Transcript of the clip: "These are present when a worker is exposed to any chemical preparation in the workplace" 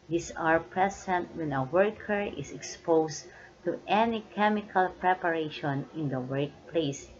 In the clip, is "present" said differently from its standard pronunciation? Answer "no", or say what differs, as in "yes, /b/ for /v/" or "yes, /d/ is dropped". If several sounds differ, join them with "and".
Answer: yes, /s/ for /z/